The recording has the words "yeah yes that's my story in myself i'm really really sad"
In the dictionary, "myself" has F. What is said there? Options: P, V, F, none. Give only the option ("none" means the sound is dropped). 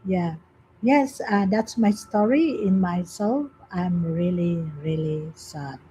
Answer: F